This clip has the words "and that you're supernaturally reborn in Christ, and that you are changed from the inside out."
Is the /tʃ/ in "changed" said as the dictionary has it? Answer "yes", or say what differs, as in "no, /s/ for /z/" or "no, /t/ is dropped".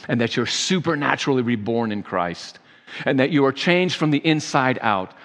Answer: yes